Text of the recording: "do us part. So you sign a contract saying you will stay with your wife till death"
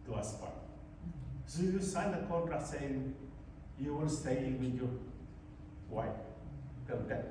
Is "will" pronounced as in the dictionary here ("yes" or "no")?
no